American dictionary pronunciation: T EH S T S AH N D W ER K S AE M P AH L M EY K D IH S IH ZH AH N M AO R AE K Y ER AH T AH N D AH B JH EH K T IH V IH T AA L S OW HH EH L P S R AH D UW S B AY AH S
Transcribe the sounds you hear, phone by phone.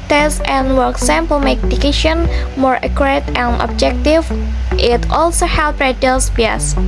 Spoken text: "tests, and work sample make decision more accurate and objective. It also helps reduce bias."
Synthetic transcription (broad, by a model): T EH S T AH N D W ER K S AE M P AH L M EY K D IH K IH SH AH N M AO R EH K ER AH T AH N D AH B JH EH K T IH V IH T AA L S OW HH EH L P R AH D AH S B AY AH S